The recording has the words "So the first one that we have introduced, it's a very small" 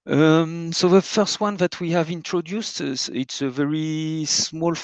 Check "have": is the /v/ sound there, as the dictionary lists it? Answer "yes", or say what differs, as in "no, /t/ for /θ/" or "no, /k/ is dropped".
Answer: yes